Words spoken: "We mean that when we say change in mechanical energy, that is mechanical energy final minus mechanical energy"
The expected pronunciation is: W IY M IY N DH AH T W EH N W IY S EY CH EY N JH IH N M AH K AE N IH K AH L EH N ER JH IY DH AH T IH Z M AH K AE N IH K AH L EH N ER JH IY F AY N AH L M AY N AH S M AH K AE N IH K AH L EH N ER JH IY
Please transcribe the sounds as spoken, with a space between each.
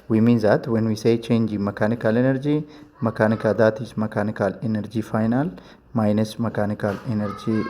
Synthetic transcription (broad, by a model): W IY M IY N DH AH T W EH N W IY S EY CH EY N JH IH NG M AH K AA N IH K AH L EH N ER JH IY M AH T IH S M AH K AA N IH K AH L EH N ER JH IY F AY N AH L M AY N AH S M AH K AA N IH K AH L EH N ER JH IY